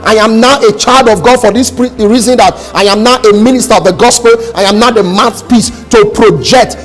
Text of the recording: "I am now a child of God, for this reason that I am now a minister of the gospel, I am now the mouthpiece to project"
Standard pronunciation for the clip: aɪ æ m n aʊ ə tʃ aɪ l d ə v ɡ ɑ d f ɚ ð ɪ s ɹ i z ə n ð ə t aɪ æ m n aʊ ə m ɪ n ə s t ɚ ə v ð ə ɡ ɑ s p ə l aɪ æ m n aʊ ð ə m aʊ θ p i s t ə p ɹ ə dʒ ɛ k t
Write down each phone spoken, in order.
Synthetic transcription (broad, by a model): aɪ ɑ m n aʊ ə tʃ aɪ l d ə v ɡ ɑ d f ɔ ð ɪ s ɹ i z ə n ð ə t aɪ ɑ m n aʊ ə m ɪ n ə s t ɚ ə v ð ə ɡ ɑ s p ə l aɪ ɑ m n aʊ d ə m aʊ s p i s t ə p ɹ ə dʒ ɛ k t